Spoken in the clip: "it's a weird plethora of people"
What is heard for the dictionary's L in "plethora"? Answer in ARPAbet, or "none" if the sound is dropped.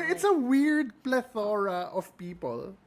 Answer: L